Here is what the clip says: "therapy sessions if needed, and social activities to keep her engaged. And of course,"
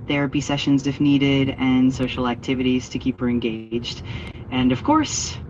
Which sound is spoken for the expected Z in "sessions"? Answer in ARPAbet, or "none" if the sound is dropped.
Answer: Z